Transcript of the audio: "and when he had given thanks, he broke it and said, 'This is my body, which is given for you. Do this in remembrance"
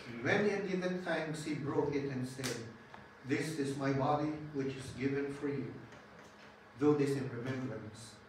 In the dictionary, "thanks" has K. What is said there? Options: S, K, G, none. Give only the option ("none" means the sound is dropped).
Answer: none